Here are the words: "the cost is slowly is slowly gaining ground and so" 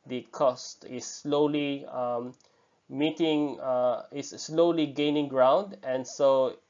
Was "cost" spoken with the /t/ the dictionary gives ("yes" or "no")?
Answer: yes